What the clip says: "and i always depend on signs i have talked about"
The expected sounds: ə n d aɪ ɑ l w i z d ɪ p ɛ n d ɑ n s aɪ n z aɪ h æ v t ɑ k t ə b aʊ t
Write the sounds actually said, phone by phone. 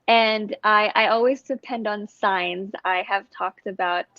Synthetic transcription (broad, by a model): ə n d aɪ ɑ l w i z d ɪ p ɛ n d n s aɪ n z aɪ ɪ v t ɑ k t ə b aʊ t